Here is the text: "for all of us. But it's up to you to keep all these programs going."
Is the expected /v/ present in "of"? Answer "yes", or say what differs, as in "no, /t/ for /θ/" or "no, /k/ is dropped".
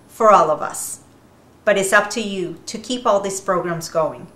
yes